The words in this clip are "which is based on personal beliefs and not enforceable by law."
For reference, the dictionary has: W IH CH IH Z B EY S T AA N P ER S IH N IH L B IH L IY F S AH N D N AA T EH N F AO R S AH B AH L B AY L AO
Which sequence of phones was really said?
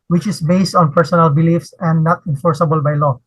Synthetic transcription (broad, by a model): W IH CH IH S B EY S T AA N P ER S IH N IH L B IH L IY F S AH N D N AA T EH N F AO R S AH B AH L B AY L AO